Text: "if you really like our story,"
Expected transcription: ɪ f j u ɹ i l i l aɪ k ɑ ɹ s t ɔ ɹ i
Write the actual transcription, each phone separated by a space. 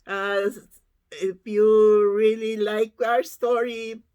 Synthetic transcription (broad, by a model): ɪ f j u ɹ i l i l aɪ k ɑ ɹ s t ɔ ɹ i